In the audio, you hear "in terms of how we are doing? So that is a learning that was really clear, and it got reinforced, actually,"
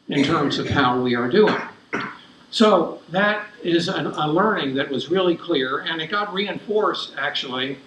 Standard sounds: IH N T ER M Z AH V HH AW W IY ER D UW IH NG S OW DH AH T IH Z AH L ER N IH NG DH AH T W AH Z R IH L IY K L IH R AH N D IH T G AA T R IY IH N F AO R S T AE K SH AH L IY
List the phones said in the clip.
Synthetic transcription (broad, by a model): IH N T ER M Z AH V HH AW W IY ER D UW IH NG S OW DH AH T IH Z AH L ER N IH NG DH AH T W AH Z R IH L IY K L IH R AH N IH T G AA T R IY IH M F AO R S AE K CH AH L IY